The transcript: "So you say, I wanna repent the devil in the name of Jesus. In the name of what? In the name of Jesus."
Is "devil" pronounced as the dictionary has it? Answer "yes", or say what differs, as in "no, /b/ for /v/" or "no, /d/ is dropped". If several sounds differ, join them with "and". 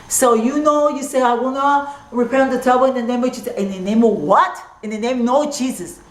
no, /b/ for /v/